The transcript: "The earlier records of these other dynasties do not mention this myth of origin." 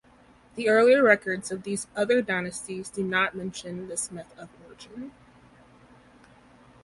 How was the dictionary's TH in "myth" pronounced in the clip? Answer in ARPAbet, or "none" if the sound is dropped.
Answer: TH